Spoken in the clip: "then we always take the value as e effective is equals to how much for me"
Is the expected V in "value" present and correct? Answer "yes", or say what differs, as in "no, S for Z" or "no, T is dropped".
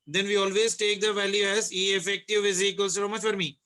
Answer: yes